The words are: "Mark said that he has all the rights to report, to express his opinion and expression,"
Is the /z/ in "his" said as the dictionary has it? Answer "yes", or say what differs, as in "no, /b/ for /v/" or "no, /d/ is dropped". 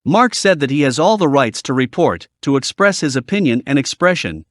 yes